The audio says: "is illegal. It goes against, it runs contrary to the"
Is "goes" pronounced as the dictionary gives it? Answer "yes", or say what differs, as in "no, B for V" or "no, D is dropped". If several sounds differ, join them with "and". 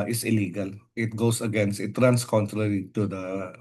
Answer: no, S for Z